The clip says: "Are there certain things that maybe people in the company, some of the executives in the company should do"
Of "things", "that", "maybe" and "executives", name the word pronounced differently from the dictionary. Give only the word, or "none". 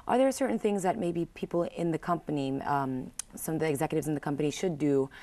none